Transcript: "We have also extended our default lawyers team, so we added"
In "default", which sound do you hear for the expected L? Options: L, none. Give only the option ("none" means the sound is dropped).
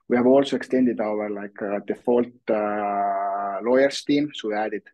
L